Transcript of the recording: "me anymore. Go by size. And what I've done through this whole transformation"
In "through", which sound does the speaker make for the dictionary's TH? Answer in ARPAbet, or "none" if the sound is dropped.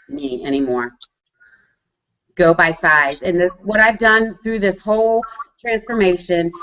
TH